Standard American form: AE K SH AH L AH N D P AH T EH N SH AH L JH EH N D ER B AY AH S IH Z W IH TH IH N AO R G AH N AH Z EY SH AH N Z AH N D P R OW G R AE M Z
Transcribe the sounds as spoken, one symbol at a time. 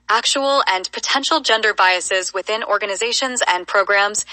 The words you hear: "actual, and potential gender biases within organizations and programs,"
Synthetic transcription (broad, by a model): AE K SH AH L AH N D P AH T EH N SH L JH EH N D ER B AY AH S IH Z W IH TH IH N AO R G AH N AH Z EY SH AH N Z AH N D P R OW G R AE M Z